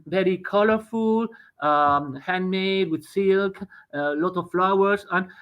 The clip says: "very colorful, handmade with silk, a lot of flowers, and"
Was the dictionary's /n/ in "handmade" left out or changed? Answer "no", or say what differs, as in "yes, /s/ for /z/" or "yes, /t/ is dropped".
no